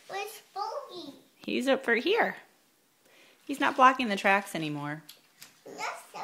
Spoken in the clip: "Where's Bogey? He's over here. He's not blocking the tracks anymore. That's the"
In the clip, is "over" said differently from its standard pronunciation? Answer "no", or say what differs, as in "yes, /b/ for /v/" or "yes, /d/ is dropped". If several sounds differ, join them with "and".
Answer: yes, /f/ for /v/